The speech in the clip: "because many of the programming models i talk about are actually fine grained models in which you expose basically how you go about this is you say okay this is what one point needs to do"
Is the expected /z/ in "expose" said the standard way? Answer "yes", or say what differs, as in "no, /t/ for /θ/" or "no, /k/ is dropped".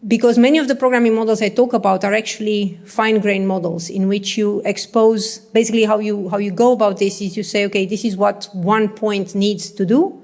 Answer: yes